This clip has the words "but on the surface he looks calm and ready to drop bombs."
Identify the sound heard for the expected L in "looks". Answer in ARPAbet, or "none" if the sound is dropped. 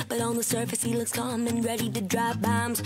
L